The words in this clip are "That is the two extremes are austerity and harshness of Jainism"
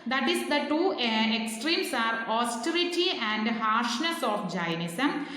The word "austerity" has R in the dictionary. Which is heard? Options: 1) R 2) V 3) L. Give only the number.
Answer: 1